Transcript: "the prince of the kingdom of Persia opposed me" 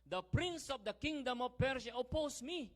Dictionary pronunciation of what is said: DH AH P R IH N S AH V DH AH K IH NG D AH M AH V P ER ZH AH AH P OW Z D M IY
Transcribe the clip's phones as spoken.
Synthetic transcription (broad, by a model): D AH P R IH N S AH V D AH K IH NG D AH M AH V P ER SH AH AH P OW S M IY